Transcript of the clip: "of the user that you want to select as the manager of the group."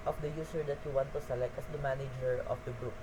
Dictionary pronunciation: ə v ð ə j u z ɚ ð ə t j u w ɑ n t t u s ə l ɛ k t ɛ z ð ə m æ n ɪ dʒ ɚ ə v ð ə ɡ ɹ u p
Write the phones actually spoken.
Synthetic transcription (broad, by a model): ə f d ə j u s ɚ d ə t j u w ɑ n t t u s ə l ɛ k t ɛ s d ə m æ n ɪ dʒ ɚ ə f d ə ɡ ɹ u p